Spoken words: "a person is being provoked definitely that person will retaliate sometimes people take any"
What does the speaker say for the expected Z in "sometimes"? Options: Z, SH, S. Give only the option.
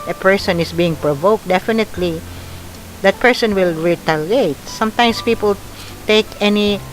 S